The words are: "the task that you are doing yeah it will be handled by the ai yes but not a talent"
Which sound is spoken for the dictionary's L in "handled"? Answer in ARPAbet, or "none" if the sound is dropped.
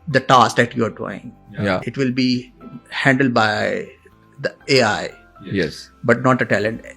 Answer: L